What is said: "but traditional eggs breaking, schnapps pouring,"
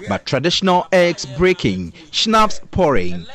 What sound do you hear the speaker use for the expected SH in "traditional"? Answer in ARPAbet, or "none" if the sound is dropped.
SH